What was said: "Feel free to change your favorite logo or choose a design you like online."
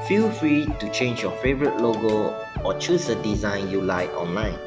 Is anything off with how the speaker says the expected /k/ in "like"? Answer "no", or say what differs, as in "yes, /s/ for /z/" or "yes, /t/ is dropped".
yes, /k/ is dropped